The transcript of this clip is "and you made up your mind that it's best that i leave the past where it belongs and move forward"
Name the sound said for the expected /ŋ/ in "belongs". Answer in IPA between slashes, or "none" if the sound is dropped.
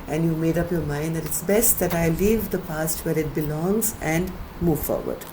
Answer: /ŋ/